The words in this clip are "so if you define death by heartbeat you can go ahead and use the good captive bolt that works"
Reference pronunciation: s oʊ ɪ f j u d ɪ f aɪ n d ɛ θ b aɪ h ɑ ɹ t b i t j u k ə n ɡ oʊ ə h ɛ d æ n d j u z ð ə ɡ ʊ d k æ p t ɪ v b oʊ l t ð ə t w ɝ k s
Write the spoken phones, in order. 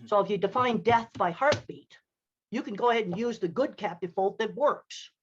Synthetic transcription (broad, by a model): s oʊ ɪ f j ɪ d ɪ f aɪ n d ɛ θ b aɪ h ɑ ɹ t b i t j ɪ k ə n ɡ oʊ ə h ɛ d n j u z ð ə ɡ ʊ d k æ p t ɪ v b oʊ l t ð ə t w ɝ k s